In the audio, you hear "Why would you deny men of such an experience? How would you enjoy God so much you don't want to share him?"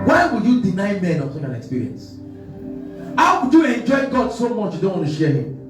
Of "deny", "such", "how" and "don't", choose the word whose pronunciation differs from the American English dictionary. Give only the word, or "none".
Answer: such